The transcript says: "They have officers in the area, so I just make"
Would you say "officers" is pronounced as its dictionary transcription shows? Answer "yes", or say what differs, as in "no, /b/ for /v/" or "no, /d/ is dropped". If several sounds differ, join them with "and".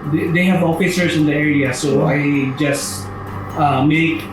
no, /s/ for /z/